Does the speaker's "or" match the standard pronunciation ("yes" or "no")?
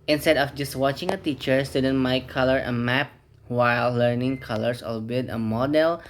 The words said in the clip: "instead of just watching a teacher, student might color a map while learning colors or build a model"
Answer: no